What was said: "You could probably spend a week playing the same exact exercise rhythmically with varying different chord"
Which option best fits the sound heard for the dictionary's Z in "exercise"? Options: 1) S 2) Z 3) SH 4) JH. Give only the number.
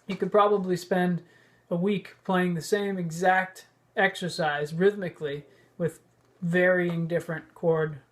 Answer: 2